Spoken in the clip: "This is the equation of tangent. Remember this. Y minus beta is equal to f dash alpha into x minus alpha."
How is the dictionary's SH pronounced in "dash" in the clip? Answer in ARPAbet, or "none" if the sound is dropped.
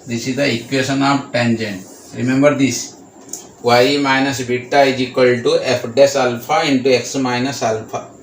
S